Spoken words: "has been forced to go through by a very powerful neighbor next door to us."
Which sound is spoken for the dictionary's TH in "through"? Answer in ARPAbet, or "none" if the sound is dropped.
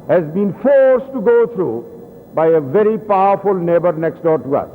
T